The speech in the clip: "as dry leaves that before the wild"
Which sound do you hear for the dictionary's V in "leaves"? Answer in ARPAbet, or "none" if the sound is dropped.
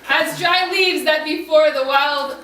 V